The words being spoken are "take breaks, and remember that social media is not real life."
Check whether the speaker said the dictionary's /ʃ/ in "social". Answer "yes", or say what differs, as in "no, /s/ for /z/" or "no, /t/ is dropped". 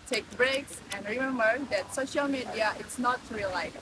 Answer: yes